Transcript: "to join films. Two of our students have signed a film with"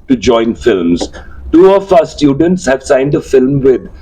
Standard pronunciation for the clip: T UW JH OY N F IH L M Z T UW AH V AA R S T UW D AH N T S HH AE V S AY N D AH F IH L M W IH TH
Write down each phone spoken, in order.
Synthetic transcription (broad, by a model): T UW JH OY N F IH L M Z T UW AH F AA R S T UW D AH N T S HH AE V S AY N D AH F IH L M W IH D